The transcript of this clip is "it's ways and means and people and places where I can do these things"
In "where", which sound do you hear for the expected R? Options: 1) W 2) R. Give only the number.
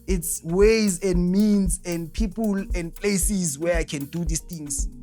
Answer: 2